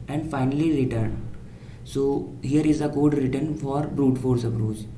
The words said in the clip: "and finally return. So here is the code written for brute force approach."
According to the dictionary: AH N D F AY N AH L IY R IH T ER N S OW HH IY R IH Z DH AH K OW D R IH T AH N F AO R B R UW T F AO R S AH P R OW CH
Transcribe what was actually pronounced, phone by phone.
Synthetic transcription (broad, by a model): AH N D F AY N AH L IY R IH T ER N S OW HH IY R IH Z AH K OW D R IH T AH N F AO R B R UW T F AO R S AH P R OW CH